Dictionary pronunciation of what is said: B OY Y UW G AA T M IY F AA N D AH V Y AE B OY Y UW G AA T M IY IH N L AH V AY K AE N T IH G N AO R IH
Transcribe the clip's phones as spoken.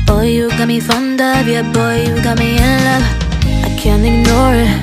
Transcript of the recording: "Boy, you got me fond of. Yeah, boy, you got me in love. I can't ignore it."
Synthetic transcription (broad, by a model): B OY Y UW G AA T M IY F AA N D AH B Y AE B OY Y UW G AA T M IY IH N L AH AY K AE N T IH G N AO R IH